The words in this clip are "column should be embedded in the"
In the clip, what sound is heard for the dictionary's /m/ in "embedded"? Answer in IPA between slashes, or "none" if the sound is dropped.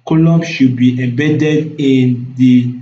none